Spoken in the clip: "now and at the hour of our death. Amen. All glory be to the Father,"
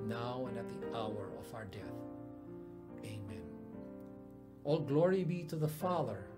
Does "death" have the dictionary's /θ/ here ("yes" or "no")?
yes